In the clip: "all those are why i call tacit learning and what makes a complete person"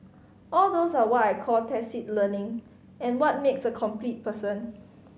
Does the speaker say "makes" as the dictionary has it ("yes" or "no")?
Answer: yes